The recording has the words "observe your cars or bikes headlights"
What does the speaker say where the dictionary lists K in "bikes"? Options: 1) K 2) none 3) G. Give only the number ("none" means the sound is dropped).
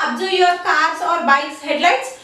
2